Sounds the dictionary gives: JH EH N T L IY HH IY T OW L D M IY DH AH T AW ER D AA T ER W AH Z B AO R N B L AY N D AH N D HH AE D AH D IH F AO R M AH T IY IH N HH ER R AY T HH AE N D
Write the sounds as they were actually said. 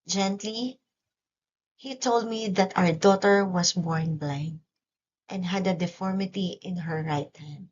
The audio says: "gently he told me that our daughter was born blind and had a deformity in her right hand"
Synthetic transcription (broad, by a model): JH EH N T L IY HH IY T OW L D M IY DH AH T AW ER D AA T ER W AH S B AO R N B L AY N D AH N D HH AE D AH D IH F AO R M AH T IY IH N HH ER R AY T HH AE N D